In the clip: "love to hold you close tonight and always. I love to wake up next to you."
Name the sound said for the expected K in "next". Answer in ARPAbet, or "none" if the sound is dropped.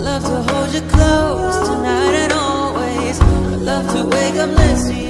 none